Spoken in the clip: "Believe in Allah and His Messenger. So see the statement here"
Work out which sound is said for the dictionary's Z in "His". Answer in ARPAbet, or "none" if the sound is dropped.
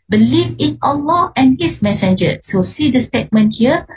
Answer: S